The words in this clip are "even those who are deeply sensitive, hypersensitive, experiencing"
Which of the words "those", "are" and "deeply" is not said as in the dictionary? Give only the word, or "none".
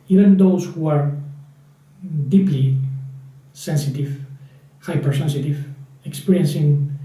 those